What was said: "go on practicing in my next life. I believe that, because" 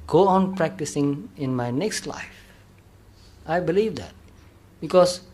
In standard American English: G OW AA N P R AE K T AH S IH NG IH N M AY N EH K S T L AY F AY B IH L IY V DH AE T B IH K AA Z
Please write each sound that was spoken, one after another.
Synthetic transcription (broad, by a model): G OW AA N P R AE K T AH S IH NG IH N M AY N EH K S T L AY F AY B IH L IY V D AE T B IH K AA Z